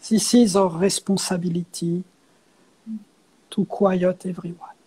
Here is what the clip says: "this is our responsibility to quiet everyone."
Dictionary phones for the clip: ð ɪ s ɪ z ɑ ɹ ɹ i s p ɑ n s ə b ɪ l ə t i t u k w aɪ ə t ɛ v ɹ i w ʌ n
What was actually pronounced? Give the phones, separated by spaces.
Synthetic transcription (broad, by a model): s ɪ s ɪ z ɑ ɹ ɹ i s p ɑ s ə b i l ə t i t u k w aɪ ə t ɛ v ɹ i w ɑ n